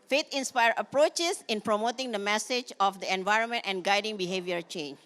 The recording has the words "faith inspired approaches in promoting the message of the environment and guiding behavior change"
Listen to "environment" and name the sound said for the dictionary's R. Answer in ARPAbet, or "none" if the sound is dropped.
R